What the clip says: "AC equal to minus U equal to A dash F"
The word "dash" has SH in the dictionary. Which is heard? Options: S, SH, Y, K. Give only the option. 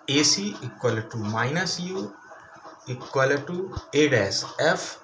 S